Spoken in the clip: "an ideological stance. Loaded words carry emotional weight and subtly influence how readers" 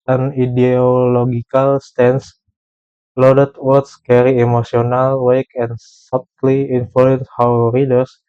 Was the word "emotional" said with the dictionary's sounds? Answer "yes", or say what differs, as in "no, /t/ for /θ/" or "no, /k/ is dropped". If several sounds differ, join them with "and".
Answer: no, /s/ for /ʃ/